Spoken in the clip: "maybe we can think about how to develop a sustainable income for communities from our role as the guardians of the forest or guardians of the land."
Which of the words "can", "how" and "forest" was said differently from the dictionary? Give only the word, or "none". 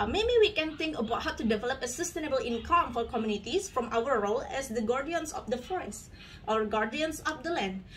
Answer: none